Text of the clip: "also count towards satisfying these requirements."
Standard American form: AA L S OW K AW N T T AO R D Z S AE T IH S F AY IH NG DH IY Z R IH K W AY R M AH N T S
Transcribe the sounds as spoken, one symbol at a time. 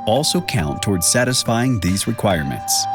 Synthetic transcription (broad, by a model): AA L S OW K AW N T T AO R D Z S AE T IH S F AY IH NG DH IY Z R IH K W AY R M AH N T S